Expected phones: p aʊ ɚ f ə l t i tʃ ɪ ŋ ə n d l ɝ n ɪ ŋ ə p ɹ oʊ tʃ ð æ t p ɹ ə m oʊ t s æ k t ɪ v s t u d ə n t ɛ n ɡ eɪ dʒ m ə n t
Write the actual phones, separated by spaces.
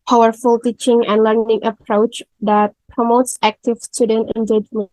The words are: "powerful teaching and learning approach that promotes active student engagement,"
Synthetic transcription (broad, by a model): p aʊ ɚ f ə l t i tʃ ɪ ŋ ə n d l ɝ n ɪ ŋ ə p ɹ oʊ tʃ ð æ t p ɹ ə m oʊ t s æ k t ɪ v s t u d ə n t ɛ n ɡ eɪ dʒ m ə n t